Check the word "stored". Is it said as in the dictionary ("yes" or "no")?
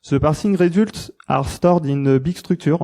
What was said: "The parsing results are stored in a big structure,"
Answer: yes